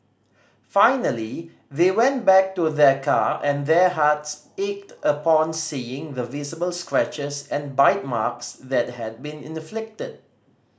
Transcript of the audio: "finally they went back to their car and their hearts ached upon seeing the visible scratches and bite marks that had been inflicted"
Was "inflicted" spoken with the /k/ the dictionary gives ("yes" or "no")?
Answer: yes